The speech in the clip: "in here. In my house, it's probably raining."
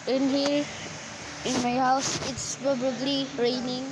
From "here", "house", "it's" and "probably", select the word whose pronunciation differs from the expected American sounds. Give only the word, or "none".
probably